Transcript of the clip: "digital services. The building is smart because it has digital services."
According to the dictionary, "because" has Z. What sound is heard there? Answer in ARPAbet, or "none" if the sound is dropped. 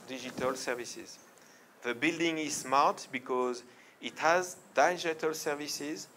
Z